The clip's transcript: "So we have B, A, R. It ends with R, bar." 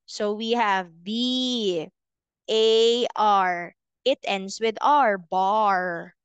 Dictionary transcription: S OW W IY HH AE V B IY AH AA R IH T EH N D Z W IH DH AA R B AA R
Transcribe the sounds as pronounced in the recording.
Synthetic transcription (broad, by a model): S OW W IY HH AE V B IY AH AA R IH T EH N D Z W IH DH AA R B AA R